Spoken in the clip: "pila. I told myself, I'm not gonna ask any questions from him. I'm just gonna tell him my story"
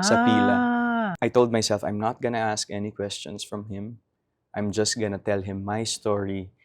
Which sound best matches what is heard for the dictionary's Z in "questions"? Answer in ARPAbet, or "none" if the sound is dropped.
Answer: S